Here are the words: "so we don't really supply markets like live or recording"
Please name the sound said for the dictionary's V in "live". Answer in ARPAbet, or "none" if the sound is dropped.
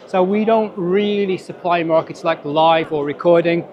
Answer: V